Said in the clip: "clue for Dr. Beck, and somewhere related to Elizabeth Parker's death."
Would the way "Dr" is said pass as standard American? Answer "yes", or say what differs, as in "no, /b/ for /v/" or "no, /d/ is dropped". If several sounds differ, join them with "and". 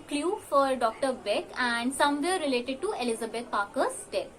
yes